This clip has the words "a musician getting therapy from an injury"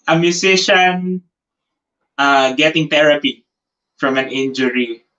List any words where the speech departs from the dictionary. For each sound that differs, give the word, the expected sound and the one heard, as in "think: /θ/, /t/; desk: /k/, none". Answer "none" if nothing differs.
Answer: musician: /z/, /s/; therapy: /θ/, /t/